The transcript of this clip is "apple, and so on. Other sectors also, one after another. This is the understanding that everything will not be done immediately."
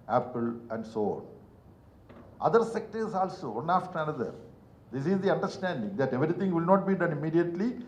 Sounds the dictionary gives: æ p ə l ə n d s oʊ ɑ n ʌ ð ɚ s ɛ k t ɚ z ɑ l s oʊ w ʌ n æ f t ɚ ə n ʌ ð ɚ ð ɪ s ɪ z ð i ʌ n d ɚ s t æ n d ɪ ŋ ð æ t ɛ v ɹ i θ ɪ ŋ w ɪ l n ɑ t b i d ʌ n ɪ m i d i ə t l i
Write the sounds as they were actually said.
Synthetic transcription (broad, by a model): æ p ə l ə n d s oʊ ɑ n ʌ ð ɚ s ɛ k t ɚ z ɑ l s oʊ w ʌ n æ f t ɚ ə n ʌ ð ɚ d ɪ s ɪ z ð i ʌ n d ɚ s t æ n d ɪ ŋ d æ t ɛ v ɹ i t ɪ ŋ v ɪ l n ɑ t b i d ʌ n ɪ m i d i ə t l i